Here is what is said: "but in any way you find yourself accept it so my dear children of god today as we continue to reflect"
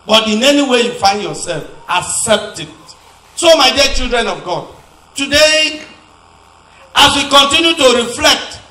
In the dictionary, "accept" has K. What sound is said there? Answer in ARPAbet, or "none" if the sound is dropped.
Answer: none